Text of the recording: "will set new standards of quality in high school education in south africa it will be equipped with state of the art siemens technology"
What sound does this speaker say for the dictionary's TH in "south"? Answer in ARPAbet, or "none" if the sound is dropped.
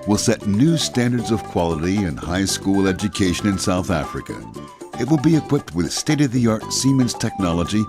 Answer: TH